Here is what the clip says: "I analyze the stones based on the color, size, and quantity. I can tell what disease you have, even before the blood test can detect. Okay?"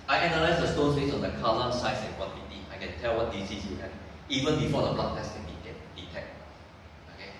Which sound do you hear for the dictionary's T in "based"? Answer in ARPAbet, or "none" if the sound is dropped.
none